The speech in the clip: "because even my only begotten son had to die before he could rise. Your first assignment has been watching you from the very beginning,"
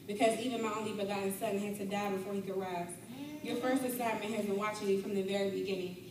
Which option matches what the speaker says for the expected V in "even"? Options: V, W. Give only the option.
V